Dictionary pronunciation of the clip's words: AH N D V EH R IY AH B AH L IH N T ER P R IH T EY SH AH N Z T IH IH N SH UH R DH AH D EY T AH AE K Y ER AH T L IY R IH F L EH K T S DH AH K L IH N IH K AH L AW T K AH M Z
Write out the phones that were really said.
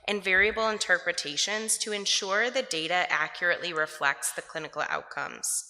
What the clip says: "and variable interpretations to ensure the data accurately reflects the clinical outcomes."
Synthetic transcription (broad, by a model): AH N V EH R IY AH B L IH N T ER P R IH T EY SH AH N Z T IH IH N SH UH R DH AH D EY T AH AE K Y ER AH T L IY R IH F L EH K T S DH AH K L IH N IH K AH L AW T K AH M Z